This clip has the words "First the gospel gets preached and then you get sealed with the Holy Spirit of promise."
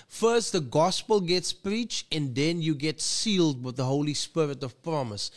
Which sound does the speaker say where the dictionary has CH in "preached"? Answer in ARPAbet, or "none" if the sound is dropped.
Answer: CH